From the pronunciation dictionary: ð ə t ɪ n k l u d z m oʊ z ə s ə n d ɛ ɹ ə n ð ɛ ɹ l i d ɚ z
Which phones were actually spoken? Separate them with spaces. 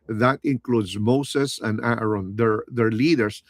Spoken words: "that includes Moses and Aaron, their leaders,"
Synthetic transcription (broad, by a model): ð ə t ɪ n k l u d z m oʊ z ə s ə n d ɹ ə n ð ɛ ɹ l i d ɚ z